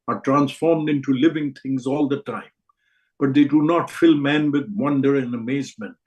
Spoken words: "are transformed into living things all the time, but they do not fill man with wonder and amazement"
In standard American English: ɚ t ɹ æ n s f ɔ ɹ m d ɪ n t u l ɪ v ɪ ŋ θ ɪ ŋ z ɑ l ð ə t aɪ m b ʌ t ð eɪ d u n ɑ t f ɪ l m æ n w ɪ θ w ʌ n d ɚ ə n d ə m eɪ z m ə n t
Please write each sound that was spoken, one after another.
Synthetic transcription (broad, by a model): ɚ t ɹ æ n s f ɔ ɹ m d ɪ n t u l ɪ v ɪ ŋ t ɪ ŋ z ɑ l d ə t aɪ m b ʌ t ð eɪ d u n ɑ t f ɪ l m æ n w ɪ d w ʌ n d ɚ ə n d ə m eɪ z m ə n t